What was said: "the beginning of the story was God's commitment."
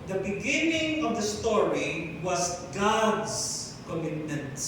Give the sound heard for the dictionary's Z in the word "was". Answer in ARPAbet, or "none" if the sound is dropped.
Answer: S